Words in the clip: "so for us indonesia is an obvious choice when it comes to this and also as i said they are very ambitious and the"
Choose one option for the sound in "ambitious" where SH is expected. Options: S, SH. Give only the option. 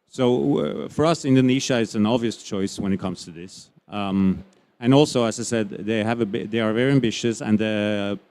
SH